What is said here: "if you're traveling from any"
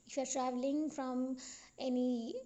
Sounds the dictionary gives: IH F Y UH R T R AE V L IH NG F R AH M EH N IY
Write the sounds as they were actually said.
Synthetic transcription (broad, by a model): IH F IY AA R T R AE V L IH NG F R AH M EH N IY